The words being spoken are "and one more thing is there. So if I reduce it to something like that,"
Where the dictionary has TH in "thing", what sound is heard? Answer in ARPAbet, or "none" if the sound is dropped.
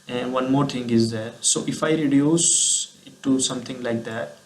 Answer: T